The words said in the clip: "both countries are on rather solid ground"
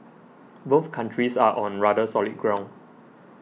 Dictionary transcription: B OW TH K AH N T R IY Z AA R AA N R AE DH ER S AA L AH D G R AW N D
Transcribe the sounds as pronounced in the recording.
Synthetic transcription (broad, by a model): B OW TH K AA N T R IY S AA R AA N R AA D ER S AA L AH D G R AW N